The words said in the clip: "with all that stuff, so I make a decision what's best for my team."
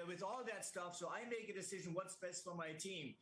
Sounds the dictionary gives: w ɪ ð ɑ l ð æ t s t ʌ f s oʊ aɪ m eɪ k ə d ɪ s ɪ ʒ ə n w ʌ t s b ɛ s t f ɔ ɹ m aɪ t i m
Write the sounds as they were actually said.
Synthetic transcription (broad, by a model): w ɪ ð ɑ l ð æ t s t ʌ f s oʊ aɪ m eɪ k ə d ɪ s ɪ ʒ ə n w ʌ t s b ɛ s t f ɔ ɹ m aɪ t i m